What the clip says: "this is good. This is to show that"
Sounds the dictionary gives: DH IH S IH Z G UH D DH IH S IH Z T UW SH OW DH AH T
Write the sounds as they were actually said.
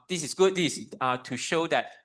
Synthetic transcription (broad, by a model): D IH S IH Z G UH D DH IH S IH T UW SH OW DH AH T